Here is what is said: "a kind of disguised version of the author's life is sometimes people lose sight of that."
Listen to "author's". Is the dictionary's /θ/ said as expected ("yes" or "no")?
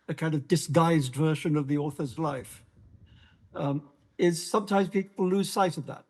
yes